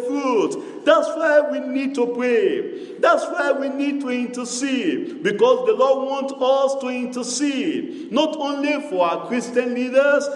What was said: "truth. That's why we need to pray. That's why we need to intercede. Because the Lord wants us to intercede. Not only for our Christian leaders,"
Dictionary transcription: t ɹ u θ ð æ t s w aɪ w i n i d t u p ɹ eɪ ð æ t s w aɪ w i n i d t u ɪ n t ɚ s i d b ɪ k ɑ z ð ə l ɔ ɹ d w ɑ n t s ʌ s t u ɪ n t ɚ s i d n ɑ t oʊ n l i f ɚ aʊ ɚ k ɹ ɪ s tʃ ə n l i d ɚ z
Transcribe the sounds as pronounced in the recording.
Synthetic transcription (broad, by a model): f ɹ u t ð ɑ t s w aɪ w i n i d t u p ɹ eɪ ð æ t s w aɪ w i n i d t u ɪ n t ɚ s i d b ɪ k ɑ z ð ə l ɔ d w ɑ n t ʌ s t u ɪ n t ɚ s i d n ɑ t oʊ n l i f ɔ aʊ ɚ k ɹ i s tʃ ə n l i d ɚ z